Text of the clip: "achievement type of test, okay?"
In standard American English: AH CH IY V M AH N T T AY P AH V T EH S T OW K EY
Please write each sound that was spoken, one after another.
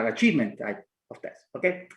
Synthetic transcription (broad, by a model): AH CH IY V M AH N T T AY AH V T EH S OW K EY